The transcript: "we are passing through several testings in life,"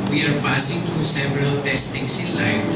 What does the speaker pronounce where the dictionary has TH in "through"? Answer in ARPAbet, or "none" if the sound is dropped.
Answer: T